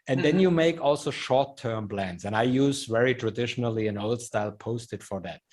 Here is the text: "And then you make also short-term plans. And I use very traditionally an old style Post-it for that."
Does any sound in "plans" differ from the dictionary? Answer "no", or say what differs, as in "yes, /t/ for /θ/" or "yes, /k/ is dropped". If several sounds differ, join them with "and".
yes, /b/ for /p/